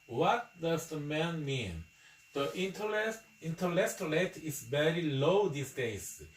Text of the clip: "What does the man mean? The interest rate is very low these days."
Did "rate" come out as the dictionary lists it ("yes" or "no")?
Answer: no